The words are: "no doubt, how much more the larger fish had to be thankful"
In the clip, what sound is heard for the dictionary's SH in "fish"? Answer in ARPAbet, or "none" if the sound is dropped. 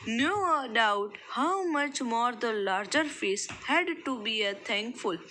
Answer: S